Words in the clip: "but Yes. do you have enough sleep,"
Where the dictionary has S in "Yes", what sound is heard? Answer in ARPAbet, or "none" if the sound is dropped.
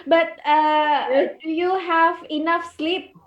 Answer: none